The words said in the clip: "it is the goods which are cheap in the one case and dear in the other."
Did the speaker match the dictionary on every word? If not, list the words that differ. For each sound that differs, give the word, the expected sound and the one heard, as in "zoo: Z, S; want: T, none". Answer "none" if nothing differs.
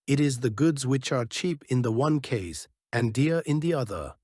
none